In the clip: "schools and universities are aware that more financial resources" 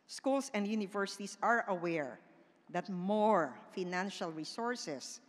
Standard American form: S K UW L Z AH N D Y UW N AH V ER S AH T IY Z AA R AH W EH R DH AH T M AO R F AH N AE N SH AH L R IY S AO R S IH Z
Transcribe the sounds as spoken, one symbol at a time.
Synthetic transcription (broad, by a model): S K UW L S AH N D Y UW N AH V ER S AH T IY S AA R AH W EH R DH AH T M AO R F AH N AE N SH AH L R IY S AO R S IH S